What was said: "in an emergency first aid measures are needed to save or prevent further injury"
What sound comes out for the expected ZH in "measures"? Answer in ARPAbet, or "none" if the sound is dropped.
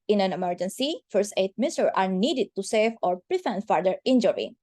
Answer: S